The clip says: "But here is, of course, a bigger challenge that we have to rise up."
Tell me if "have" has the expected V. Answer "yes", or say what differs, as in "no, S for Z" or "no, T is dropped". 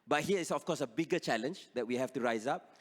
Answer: no, F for V